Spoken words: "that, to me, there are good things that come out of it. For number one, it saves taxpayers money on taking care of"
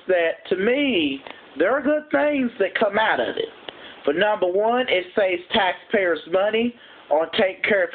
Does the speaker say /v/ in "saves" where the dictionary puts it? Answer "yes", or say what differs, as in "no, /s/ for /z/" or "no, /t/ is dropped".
no, /v/ is dropped